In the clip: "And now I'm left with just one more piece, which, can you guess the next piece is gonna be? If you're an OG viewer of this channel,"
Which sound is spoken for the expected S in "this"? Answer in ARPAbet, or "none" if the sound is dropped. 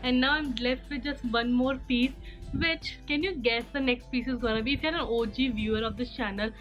none